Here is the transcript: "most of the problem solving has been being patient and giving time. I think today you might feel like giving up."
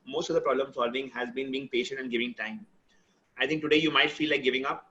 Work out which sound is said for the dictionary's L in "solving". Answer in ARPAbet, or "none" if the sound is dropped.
L